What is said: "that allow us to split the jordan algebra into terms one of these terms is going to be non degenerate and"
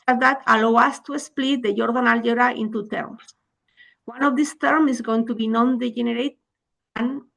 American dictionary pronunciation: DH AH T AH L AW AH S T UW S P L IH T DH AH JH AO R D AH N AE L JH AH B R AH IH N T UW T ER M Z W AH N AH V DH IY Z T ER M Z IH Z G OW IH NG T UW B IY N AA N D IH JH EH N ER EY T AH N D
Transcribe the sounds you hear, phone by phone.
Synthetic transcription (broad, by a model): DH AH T AH L AW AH S T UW S P L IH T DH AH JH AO R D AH N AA L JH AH R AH IH N T UW T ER M S W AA N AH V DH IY S T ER M IH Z G OW IH NG T UW B IY N AA N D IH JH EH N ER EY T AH N